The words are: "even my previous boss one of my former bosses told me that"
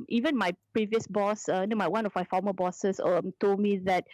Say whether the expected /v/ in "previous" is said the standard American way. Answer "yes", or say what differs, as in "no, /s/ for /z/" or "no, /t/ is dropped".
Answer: yes